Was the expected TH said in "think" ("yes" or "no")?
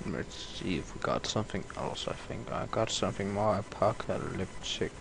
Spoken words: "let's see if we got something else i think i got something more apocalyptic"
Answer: yes